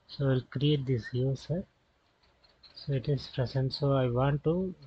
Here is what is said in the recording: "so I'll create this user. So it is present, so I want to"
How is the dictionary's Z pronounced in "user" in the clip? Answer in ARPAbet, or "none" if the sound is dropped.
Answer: S